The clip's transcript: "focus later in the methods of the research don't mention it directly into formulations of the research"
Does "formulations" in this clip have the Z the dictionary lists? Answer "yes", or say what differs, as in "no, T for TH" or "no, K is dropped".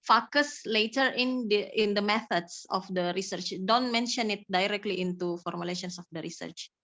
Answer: no, S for Z